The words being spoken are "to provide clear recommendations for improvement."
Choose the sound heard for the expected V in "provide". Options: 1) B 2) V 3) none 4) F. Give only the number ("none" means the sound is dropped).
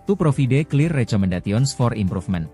4